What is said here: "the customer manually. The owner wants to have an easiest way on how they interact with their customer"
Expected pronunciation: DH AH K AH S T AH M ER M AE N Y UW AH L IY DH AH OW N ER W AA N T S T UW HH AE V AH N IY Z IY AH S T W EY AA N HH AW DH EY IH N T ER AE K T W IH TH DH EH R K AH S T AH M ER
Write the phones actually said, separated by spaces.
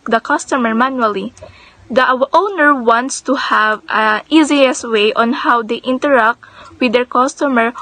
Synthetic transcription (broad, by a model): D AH K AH S T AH M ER M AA N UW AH L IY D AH OW N ER W AA N T S T UW HH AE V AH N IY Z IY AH S W EY AA N HH AW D EY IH N T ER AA K T W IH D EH R K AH S T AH M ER